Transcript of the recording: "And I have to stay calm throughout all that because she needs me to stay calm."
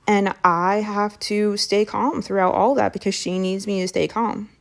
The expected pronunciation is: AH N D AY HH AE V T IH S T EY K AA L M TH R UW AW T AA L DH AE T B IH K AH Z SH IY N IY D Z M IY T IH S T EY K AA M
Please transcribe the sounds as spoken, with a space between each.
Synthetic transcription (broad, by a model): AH N AY HH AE F T IH S T EY K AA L M TH R UW AW T AA L DH AE T B IH K AH Z SH IY N IY D Z M IY T IH S T EY K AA M